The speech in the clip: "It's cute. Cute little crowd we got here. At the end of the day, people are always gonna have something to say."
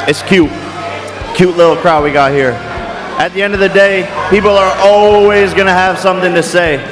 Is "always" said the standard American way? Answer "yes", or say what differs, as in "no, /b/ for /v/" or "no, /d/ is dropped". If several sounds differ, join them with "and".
yes